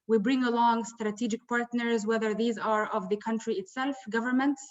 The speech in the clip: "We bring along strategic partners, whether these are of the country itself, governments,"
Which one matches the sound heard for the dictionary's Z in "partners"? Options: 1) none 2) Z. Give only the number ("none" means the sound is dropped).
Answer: 2